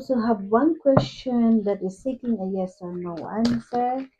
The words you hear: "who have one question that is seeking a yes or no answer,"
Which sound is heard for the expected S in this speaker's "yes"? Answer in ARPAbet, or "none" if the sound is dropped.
S